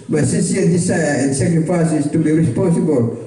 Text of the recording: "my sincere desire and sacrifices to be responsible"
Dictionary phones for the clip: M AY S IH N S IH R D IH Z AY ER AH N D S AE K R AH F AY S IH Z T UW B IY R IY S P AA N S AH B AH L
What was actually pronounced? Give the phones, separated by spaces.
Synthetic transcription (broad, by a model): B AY S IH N S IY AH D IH S AY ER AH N S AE K R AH F AY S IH S T UW B IY R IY S P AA N S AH B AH L